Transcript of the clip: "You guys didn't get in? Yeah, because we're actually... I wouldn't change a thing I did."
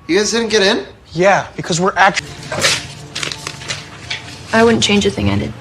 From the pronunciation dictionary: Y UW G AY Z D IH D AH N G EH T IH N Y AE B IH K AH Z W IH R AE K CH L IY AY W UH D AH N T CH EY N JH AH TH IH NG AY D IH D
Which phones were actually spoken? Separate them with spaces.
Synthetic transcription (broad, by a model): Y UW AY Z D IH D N G EH T IH N Y AE B IH K AH Z W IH R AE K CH IY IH W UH D N CH EY N JH AH TH IH NG AY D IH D